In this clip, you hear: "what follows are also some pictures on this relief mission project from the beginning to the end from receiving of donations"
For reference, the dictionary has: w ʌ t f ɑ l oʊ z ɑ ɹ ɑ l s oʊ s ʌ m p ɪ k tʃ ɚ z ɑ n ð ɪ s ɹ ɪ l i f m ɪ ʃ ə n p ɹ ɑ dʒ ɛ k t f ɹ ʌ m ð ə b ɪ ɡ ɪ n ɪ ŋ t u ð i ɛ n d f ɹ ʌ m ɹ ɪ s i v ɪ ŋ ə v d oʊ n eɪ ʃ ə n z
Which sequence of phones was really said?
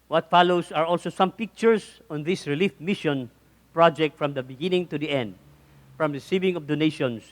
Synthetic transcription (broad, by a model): w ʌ t f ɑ l oʊ s ɑ ɹ ɑ l s oʊ s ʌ m p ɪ k tʃ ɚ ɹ ɑ n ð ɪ s ɹ ɪ l i f m ɪ ʃ ə n p ɹ ɑ dʒ ɛ k t f ɹ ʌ m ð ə b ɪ ɡ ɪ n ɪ ŋ t u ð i ɛ n d f ɹ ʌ m ɹ ɪ s i v ɪ ŋ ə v d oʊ n eɪ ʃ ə n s